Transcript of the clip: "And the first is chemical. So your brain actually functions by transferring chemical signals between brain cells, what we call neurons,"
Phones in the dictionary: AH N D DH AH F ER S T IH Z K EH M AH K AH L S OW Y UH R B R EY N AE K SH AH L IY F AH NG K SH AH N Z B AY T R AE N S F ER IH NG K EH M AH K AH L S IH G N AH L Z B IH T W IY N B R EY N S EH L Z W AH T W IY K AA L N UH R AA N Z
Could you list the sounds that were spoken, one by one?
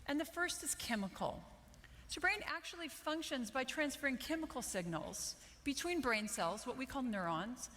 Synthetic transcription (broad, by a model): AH N DH AH F ER S T IH Z K EH M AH K L S OW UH B R EY N AE K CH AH L IY F AH NG K SH AH N Z B AY T R AE N S F ER IH NG K EH M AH K L S IH G N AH L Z B IH T W IY N B R EY N S EH L Z W AH T W IY K AA L N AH R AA N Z